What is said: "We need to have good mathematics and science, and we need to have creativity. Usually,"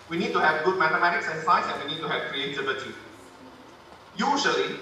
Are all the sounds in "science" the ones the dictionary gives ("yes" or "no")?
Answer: no